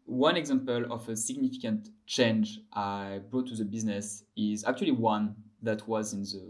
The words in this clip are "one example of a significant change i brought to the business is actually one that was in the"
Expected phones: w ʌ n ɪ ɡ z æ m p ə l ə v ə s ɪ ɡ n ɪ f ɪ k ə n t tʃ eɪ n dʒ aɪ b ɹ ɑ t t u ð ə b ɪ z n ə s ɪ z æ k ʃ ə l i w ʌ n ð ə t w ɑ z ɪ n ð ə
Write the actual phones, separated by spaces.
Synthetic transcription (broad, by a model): w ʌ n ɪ ɡ z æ m p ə l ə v ə s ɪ ɡ n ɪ f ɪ k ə n t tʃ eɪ n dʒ aɪ b ɹ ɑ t t u ð ə b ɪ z n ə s ɪ z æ k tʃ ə l i w ʌ n ð ə t w ɑ z ɪ n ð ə